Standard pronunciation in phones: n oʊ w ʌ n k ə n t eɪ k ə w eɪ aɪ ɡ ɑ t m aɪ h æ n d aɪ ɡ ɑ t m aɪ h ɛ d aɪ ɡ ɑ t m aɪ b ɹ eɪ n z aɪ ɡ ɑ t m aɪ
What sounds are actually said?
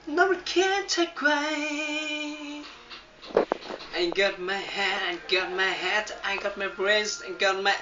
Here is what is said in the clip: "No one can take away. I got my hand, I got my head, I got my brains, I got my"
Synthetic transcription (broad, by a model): n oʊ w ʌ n k ə n t eɪ k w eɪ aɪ ɡ ɑ t m aɪ h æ d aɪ ɡ ɑ t m aɪ h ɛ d aɪ ɡ ɑ t m aɪ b ɹ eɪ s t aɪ ɡ ɑ t m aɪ